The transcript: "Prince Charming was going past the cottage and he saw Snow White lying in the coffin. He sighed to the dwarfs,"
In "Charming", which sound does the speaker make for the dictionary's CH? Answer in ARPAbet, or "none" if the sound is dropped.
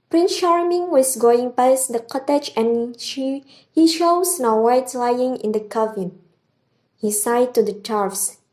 SH